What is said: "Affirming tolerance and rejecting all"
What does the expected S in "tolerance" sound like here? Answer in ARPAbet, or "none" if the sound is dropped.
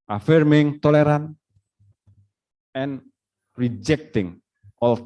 none